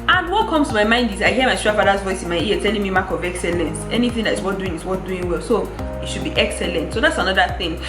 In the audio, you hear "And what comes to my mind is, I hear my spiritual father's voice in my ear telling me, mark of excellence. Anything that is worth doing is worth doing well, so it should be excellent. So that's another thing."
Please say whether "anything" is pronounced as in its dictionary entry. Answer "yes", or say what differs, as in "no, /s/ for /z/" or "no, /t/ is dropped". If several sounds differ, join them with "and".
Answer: yes